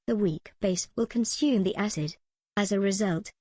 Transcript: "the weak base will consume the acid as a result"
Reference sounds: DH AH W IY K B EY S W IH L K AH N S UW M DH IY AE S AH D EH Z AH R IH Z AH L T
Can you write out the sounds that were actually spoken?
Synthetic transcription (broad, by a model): DH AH W IY K B EY S W IH L K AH N S UW M DH IY AE S AH D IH Z AH R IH Z AH L T